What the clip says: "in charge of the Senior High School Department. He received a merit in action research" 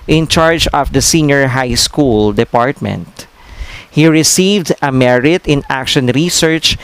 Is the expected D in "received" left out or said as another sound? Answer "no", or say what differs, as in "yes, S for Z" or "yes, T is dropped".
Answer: no